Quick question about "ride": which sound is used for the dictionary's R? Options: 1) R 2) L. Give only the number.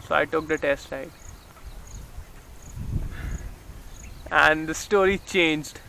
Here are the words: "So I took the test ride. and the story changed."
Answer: 2